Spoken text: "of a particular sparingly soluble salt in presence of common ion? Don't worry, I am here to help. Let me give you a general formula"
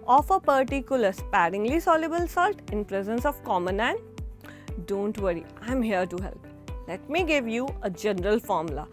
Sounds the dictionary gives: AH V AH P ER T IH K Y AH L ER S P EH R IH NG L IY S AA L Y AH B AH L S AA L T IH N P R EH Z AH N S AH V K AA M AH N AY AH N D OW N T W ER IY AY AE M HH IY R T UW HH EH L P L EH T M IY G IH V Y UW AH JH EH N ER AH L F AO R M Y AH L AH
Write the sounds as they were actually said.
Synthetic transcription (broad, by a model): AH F AH P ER T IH K Y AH L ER S P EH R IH NG L IY S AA L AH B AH L S AA L T IH N P R EH Z AH N S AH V K AA M AH N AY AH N D OW N T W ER IY AY M HH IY R T UW HH EH L P L EH T M IY G IH V Y UW AH JH EH N ER AH L F AO R M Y L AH